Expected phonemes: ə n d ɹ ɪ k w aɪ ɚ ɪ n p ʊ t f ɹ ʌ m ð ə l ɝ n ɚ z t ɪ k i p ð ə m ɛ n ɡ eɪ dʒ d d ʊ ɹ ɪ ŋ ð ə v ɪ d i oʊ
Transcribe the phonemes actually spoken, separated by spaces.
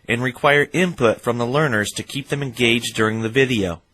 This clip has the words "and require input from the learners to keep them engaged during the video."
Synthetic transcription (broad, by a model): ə n ɹ ɪ k w aɪ ɚ ɪ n p ʊ t f ɹ ʌ m ð ə l ɝ n ɚ z t ɪ k i p ð ə m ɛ n ɡ eɪ dʒ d d ʊ ɹ ɪ ŋ ð ə v ɪ d i oʊ